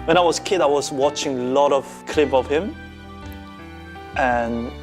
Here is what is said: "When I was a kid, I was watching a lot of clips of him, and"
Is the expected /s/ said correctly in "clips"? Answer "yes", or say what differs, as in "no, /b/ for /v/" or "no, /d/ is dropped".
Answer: no, /s/ is dropped